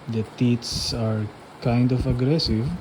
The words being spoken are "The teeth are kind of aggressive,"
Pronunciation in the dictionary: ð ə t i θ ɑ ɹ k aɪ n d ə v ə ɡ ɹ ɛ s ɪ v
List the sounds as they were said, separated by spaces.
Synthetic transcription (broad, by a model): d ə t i s ɑ ɹ k aɪ n d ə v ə ɡ ɹ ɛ s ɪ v